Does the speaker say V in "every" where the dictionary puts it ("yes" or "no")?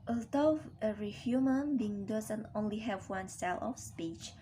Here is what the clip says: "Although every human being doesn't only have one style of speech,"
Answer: no